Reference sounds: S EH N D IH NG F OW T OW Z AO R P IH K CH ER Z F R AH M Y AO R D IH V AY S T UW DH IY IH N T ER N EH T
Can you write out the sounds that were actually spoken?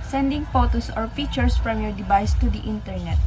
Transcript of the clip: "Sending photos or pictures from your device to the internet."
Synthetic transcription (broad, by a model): S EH N D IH NG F OW T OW S AO R F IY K CH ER S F R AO M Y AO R D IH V AY S T UW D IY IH N T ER N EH T